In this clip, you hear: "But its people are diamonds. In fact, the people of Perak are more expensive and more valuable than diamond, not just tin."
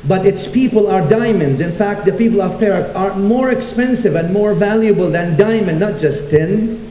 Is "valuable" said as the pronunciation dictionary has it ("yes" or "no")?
yes